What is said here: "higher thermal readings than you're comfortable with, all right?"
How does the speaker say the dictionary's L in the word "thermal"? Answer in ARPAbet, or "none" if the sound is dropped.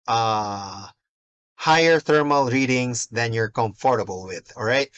L